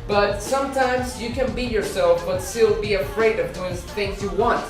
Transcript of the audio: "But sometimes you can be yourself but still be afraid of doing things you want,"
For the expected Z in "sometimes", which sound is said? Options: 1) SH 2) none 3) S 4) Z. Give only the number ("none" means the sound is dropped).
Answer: 4